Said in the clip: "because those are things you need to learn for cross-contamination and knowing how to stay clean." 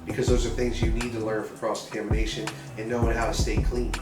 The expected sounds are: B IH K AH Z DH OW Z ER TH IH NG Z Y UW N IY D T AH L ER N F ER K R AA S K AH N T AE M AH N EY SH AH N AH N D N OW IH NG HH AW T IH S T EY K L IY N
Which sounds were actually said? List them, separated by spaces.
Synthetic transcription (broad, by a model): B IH K AH Z DH OW Z ER TH IH NG Z Y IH N IY D T AH L ER N F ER K R AA S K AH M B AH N EY SH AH N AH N N OW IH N HH AW T IH S T EY K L IY N